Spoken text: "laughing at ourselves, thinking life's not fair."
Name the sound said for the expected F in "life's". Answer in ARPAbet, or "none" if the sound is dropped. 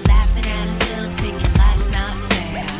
none